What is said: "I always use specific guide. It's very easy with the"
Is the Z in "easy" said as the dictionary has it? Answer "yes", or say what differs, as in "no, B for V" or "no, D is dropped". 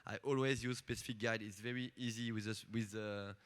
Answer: yes